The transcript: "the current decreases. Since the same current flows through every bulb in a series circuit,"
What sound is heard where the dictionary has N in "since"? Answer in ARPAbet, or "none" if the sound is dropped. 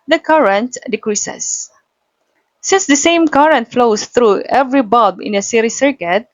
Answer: N